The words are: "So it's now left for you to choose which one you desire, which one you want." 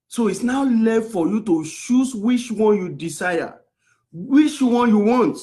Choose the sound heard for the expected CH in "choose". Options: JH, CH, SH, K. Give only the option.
SH